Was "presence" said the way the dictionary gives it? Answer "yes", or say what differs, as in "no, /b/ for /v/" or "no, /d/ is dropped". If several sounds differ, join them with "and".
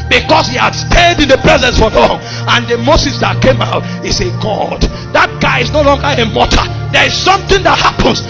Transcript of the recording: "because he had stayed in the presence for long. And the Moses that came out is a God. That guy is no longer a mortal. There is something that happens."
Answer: yes